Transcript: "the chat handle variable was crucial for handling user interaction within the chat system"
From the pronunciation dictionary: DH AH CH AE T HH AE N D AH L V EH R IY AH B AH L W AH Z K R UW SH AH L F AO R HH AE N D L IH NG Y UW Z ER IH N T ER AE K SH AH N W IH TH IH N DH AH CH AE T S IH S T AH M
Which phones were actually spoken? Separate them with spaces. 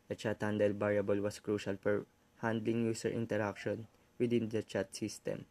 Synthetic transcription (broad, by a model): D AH CH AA T HH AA N D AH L B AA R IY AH B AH L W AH S K R UW SH AH L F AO R HH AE N D L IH NG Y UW S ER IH N T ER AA K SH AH N W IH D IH N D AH CH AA T S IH S T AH M